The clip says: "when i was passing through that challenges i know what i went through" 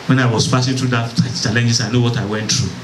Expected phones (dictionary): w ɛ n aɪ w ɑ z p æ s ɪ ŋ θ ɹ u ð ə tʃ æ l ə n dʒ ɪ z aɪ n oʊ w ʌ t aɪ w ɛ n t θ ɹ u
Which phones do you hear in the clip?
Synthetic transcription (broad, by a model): w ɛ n aɪ w ɑ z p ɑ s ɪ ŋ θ ɹ u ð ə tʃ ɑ l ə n dʒ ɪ s aɪ n oʊ w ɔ t aɪ w ɛ n t ɹ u